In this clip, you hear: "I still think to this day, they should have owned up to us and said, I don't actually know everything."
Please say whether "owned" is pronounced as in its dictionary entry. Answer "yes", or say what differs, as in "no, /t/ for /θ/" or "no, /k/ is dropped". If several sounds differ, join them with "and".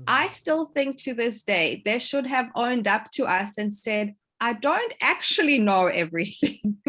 yes